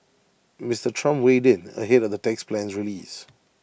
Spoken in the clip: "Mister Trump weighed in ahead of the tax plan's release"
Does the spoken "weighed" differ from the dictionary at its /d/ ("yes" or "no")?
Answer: no